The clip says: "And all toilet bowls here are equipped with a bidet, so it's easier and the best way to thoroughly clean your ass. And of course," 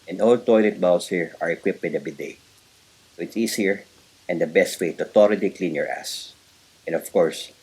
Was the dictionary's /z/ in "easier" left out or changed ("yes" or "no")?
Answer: yes